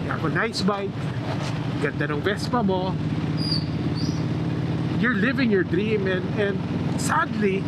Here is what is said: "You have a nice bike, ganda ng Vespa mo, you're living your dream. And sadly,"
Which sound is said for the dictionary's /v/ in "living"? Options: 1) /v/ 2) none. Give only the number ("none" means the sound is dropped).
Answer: 1